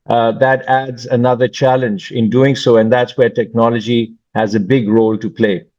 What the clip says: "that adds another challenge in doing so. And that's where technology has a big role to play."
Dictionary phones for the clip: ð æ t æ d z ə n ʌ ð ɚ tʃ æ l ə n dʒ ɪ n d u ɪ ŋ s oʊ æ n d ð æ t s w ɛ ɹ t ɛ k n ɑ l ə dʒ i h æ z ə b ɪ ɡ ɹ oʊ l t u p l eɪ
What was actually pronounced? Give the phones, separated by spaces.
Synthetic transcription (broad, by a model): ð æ t æ d z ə n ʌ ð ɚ tʃ æ l ə n dʒ ɪ n d u ɪ ŋ s oʊ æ n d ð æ t s w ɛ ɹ t ɛ k n ɑ l ə dʒ i h æ z ə b ɪ ɡ ɹ oʊ l t u p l eɪ